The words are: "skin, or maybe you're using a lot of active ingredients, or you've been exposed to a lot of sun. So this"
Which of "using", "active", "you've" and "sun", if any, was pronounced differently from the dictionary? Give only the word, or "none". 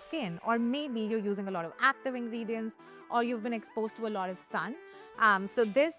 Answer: none